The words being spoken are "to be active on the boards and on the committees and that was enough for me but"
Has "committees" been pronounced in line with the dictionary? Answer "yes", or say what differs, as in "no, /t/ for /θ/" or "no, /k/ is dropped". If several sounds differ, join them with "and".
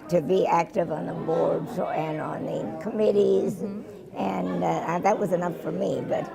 yes